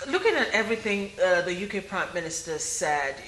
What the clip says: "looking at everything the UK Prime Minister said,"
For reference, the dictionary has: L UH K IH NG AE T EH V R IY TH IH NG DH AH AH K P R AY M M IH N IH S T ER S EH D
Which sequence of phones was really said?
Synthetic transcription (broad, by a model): L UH K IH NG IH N EH V R IY TH IH NG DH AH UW K P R AY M M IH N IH S T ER S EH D